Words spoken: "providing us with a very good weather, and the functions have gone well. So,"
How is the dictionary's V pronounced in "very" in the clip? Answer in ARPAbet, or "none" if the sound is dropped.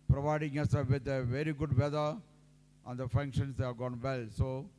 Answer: V